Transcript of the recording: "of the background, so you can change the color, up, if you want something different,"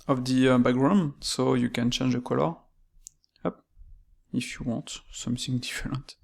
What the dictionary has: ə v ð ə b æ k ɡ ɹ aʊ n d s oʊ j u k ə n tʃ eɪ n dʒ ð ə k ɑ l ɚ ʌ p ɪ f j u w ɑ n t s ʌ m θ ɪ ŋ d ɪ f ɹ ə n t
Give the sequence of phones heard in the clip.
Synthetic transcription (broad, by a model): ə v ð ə b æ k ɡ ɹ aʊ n s oʊ j u k ə n tʃ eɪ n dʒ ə k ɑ l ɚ ʌ p ɪ f j u w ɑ t s ʌ m θ ɪ ŋ d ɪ f ɹ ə n t